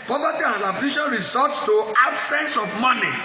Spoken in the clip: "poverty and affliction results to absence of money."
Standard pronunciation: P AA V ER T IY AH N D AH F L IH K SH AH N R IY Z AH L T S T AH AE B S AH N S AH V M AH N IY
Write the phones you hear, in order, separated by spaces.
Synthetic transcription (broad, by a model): P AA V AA T IY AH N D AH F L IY SH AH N R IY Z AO T S T AH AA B S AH N S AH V M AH N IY